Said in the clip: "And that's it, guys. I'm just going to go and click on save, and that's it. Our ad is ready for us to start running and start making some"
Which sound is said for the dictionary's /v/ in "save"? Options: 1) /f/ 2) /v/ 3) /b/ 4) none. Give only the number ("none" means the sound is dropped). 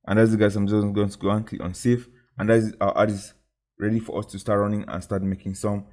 1